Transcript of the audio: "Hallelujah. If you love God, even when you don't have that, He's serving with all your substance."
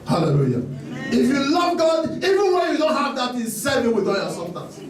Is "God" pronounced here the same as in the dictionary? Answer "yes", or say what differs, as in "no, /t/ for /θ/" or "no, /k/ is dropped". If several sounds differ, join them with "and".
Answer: yes